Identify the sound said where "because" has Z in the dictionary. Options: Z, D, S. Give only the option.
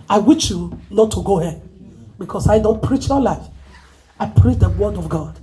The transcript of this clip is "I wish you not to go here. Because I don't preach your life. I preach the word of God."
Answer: S